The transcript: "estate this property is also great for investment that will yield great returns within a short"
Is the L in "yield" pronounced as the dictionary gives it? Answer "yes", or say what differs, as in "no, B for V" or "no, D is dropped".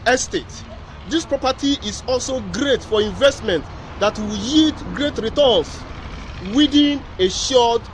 no, L is dropped